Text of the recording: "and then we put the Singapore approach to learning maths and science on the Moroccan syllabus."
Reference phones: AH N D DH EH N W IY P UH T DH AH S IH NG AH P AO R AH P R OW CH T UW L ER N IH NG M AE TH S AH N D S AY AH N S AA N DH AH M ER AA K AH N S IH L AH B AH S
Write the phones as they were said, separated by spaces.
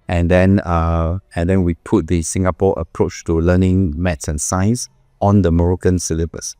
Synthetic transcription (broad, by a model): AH N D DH EH N W IY P UH T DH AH S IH NG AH P AO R AH P R OW CH T UW L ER N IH NG M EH T S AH N S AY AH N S AA N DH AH M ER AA K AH N S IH L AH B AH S